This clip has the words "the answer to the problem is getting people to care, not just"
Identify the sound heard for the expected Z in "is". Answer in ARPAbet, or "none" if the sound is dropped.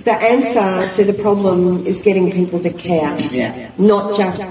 Z